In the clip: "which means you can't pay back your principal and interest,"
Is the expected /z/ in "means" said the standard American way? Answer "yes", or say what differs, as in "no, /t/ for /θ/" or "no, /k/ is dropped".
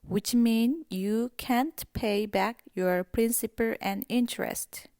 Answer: no, /z/ is dropped